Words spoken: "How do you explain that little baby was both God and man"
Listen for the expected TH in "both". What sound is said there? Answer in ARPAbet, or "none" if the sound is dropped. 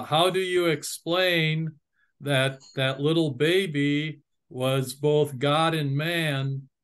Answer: TH